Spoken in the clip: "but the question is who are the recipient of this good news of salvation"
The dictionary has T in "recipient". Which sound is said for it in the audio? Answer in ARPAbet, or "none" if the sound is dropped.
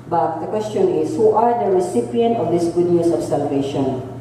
T